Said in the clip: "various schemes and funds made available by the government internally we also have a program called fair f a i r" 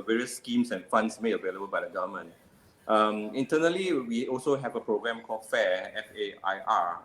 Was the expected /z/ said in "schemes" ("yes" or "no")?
no